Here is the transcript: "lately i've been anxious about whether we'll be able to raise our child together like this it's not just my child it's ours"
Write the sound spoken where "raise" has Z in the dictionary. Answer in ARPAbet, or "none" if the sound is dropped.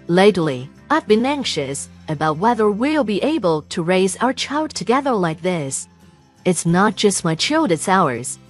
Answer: Z